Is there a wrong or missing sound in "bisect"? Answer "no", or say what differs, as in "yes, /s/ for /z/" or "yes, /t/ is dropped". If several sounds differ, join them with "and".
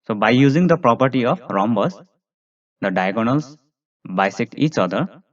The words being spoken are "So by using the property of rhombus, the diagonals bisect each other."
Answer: yes, /t/ is dropped